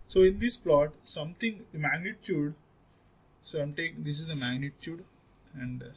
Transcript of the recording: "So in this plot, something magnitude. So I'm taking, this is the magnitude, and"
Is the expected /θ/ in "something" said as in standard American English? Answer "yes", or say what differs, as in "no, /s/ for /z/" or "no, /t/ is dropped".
no, /t/ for /θ/